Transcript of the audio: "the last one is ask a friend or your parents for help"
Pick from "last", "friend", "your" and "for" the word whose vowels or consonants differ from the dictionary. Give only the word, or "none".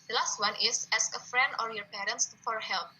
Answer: none